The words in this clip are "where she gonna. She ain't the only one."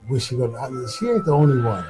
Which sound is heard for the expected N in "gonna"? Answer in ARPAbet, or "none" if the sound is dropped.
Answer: none